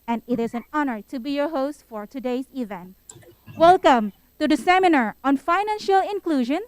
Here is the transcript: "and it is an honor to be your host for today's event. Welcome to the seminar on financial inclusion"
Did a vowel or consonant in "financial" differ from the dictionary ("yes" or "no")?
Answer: no